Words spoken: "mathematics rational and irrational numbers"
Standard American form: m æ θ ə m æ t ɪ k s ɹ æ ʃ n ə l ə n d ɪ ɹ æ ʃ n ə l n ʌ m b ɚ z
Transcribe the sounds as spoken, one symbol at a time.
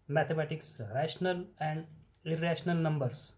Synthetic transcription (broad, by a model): m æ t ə m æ t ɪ k s ɹ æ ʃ n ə l ə n d ɪ ɹ æ ʃ n ə l n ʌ m b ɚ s